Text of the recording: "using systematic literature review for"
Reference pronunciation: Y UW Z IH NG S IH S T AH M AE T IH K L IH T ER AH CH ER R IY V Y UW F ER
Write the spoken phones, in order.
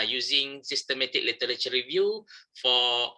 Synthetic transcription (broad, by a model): Y UW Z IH NG S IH S T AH M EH T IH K L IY T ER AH CH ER R IY V Y UW F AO